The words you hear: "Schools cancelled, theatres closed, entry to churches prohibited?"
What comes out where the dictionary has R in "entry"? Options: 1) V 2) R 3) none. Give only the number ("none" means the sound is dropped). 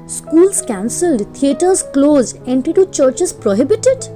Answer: 3